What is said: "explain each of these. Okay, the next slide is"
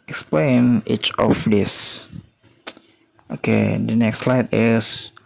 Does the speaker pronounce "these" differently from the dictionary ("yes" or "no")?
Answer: yes